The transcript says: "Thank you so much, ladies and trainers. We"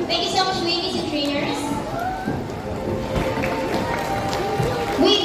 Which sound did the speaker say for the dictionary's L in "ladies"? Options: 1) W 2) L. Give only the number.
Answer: 1